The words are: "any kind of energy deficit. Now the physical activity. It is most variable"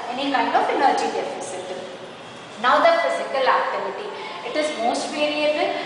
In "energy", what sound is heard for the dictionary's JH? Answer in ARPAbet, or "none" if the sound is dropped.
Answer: JH